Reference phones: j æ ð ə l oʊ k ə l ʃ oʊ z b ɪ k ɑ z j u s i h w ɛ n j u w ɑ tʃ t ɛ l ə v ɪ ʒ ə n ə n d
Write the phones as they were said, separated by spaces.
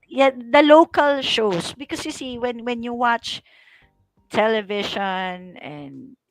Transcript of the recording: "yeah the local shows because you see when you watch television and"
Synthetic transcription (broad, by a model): j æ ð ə l oʊ k ə l ʃ oʊ s b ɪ k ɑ s j u s i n w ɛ n j u w ɑ tʃ t ɛ l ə v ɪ ʃ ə n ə n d